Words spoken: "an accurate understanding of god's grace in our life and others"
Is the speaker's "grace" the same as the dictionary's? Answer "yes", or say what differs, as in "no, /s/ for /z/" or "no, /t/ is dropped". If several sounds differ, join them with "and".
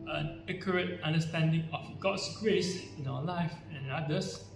yes